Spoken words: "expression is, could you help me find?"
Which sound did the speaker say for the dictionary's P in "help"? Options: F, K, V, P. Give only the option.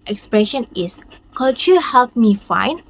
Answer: P